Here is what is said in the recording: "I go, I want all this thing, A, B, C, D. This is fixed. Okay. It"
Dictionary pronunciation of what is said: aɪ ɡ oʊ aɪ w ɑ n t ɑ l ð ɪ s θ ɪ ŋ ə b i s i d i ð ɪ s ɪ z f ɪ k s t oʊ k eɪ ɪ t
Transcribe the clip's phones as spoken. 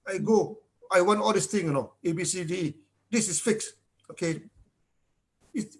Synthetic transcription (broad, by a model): aɪ ɡ oʊ aɪ w ɑ n t ɑ l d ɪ s t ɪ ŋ ə b i s i d i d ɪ s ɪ s f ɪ k s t oʊ k eɪ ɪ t